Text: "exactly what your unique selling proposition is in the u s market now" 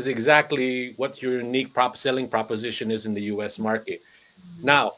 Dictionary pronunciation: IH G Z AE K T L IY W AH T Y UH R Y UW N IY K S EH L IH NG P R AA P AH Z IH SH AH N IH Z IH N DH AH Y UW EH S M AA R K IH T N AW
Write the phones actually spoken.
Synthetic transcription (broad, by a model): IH G Z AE K T L IY W AH T Y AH R Y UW N IY K S EH L IH NG P R AA P AH Z IH SH AH N IH Z IH N DH AH Y UW EH S M AA R K IH T N AW